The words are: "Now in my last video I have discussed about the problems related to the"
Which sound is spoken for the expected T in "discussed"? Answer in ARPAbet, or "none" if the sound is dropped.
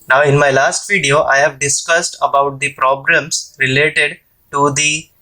T